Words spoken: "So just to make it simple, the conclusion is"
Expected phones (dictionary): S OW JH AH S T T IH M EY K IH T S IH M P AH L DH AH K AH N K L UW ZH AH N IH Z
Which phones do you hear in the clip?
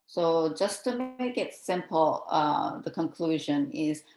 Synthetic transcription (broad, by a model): S OW JH AH S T T IH M EY K IH T S IH M P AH DH AH K AH N K L UW ZH AH N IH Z